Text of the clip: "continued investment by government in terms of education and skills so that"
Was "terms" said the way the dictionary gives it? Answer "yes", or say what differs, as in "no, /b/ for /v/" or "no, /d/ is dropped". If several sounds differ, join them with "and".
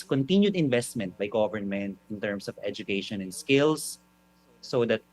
no, /s/ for /z/